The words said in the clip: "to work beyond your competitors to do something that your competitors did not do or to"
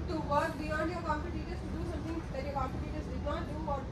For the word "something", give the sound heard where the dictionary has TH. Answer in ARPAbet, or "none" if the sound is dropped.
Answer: T